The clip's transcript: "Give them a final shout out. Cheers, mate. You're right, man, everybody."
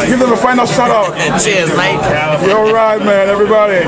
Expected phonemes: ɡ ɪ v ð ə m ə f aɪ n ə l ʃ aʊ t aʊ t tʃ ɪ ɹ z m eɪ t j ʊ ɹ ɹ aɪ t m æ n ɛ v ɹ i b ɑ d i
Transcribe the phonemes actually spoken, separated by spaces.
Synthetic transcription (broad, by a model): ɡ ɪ v ð ə m ə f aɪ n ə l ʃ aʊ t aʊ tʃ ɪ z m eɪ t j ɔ l ɹ aɪ t m æ n ɛ v ɹ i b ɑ d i